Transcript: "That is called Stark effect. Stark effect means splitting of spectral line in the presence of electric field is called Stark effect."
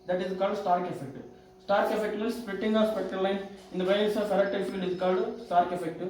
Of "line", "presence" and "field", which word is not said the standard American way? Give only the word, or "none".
presence